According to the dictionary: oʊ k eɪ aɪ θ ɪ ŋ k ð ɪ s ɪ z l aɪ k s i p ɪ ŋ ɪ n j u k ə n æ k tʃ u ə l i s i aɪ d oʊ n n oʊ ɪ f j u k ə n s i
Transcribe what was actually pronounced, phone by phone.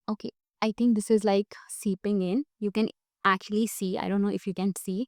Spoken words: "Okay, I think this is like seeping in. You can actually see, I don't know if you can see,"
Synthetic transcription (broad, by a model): oʊ k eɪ aɪ t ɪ ŋ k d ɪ s ɪ z l aɪ k s i p ɪ ŋ ɪ n j u k ə n æ k tʃ u ə l i s i aɪ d oʊ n n oʊ ɪ f j u k ə n s i